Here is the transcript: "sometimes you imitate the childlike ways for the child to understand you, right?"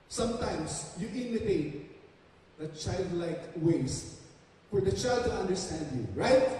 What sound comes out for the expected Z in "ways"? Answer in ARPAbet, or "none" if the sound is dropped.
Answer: S